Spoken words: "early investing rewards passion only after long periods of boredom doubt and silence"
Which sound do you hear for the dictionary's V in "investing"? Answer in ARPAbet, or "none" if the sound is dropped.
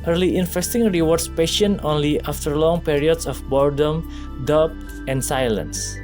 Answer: F